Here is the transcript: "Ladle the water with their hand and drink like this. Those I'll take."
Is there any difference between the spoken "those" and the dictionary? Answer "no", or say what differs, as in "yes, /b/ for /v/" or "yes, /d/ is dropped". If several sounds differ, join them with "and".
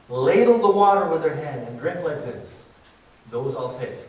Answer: no